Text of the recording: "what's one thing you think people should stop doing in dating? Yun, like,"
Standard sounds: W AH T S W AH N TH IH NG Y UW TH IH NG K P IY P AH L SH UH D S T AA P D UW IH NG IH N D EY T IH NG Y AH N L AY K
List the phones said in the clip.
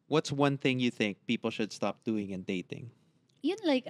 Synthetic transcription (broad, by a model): W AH T S W AH N TH IH NG Y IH TH IH NG K P IY P L SH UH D S T AA P D UW IH NG IH N D EY T IH NG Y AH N L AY K